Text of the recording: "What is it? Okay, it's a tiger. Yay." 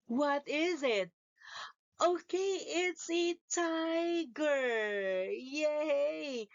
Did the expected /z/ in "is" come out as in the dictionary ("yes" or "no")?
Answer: yes